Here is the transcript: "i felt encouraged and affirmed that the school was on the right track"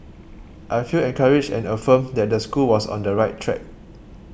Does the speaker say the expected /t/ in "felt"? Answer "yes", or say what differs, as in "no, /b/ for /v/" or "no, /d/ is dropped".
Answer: no, /t/ is dropped